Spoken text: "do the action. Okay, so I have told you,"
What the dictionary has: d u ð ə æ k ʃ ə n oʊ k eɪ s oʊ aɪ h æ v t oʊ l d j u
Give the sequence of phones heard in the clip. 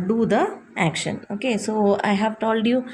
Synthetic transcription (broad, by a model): d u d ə æ k ʃ ə n oʊ k eɪ s oʊ aɪ h æ v t oʊ l d j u